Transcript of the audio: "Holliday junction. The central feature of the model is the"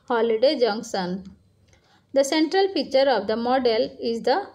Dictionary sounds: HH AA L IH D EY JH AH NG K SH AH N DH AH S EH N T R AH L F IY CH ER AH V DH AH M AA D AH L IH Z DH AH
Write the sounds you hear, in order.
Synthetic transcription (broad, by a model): HH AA L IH D EY JH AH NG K S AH N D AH S EH N T R AH L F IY CH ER AH V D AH M AA D AH L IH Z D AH